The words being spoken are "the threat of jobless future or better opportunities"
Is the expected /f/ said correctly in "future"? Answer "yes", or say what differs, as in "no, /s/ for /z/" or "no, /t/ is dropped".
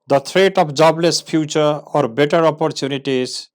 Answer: no, /p/ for /f/